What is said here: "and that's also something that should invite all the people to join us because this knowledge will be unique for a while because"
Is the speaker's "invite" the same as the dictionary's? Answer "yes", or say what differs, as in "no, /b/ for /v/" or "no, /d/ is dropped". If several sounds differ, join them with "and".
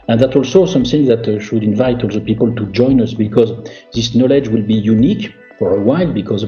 yes